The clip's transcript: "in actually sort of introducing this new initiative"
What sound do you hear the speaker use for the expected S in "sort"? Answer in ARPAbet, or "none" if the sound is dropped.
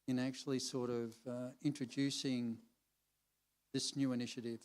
S